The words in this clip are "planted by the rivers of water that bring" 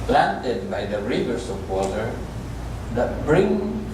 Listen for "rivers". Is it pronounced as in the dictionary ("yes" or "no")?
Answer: no